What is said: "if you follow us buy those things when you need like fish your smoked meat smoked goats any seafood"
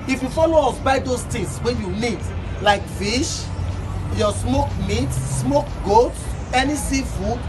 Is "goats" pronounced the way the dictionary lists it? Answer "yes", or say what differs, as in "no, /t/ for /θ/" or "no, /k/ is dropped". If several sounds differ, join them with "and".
no, /s/ is dropped